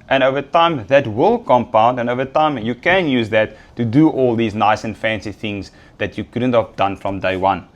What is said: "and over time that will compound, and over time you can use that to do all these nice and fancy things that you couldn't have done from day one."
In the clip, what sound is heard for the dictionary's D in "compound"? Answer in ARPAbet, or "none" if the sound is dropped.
D